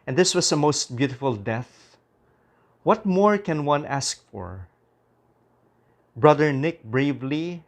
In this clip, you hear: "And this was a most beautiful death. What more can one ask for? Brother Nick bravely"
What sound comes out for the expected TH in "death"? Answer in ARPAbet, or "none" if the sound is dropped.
TH